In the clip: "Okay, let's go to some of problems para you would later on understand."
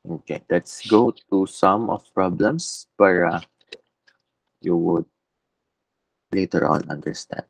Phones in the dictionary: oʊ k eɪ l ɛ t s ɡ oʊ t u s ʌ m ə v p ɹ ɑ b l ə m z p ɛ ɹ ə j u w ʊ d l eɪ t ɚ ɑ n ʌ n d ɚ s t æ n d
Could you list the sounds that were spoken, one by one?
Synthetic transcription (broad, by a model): oʊ k eɪ l ɛ t s ɡ oʊ t u s ʌ m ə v p ɹ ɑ b l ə m s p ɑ ɹ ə j u w ʊ d l eɪ t ɚ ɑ l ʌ n d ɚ s t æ n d